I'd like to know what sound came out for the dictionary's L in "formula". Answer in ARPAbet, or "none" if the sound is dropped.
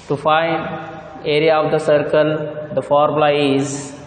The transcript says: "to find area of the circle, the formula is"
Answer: none